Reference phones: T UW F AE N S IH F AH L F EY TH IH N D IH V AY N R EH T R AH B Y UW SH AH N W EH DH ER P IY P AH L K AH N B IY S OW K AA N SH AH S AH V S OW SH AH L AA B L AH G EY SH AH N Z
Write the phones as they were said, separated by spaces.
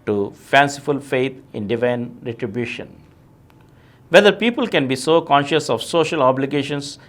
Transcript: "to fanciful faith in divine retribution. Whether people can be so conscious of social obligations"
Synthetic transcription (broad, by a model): T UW F AE N S IH F AH L F EY T IH N D IH V AY N R EH T R AH B Y UW SH AH N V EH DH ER P IY P AH L K AH N B IY S OW K AA N SH AH S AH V S OW SH AH L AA B L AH G EY SH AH N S